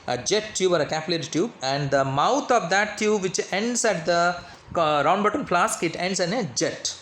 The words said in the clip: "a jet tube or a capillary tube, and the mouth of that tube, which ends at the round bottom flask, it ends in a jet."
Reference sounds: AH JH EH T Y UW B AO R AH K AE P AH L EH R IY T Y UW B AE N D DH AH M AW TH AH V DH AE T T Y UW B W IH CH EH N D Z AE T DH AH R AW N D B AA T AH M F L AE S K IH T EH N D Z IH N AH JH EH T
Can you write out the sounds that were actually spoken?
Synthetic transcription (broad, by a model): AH JH EH T Y UW B AO R AH K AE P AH L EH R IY T Y UW B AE N D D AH M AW T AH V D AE T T Y UW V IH CH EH N D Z AE T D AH R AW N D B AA T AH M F L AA S K IH T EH N D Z IH N AH JH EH T